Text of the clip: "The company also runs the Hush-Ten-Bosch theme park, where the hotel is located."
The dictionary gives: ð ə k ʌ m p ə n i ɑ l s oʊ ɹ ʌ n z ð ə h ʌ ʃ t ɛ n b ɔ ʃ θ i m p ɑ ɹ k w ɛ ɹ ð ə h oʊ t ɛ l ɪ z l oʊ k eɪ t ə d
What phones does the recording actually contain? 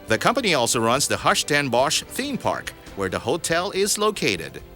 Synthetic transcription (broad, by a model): ð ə k ʌ m p ə n i ɑ l s oʊ ɹ ʌ n z ð ə h ʌ ʃ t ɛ n b ɔ ʃ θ i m p ɑ ɹ k w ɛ ɹ ð ə h oʊ t ɛ l ɪ z l oʊ k eɪ t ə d